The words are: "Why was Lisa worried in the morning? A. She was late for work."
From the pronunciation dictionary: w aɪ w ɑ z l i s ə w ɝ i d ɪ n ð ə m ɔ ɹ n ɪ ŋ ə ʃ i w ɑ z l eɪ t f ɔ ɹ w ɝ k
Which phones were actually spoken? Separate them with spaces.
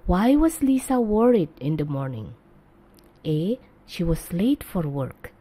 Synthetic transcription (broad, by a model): w aɪ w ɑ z l i s ə w ɝ i d ɪ n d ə m ɔ ɹ n ɪ ŋ ə ʃ i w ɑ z l eɪ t f ɔ ɹ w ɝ k